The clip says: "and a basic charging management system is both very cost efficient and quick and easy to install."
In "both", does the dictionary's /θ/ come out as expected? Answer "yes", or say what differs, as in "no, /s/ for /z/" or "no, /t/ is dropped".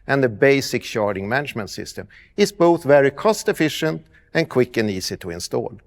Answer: yes